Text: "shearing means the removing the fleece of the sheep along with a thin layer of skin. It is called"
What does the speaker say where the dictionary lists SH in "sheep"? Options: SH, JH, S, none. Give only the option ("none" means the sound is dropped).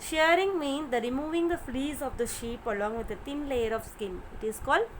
SH